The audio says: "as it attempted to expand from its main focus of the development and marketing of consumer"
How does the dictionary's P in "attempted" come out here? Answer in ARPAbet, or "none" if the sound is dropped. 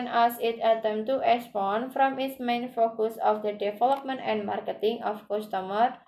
none